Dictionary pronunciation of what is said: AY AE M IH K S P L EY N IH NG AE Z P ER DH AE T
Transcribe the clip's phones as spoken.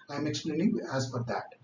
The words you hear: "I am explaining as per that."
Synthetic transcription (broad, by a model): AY M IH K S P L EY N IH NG AE Z F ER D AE T